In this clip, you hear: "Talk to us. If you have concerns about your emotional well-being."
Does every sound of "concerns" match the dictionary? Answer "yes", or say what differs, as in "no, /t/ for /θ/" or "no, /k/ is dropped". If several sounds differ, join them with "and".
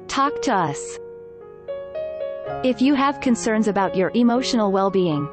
yes